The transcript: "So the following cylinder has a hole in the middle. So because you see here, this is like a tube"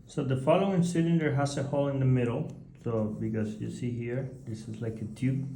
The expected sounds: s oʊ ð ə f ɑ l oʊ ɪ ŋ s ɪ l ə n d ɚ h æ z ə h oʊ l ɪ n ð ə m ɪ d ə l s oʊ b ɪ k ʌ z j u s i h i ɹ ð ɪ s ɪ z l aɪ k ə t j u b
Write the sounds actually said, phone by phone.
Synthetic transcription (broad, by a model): s oʊ ð ə f ɑ l oʊ ɪ ŋ s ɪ n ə d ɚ h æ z ə h oʊ l ɪ n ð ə m ɪ d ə l s oʊ b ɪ k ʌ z j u s i h i ɹ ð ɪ s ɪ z l aɪ k ə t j u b